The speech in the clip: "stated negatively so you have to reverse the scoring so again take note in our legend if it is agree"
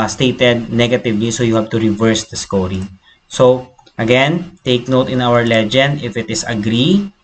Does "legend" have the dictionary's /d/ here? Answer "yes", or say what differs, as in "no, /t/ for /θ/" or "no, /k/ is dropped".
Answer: yes